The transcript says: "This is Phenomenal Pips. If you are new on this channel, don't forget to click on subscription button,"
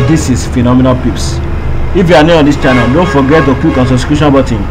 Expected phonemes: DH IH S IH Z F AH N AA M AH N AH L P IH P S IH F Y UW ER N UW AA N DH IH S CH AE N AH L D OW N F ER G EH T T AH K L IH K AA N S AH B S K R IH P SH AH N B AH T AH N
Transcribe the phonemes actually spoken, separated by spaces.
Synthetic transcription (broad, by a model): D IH S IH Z F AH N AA M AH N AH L P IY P S IH F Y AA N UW AA N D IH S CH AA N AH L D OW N F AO G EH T T AH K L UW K AA N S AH S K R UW SH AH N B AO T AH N